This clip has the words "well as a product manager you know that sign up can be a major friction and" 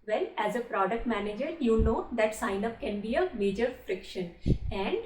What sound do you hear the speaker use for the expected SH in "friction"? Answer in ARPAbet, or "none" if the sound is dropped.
SH